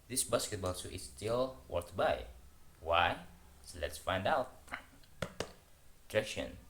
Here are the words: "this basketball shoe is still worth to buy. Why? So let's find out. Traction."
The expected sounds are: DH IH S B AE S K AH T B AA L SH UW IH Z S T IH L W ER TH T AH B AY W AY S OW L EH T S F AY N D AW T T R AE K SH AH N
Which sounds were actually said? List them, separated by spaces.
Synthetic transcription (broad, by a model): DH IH S B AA S K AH T B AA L S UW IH S T IH L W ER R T B AY W AY S OW L EH T S F AY N D AW T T R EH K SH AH N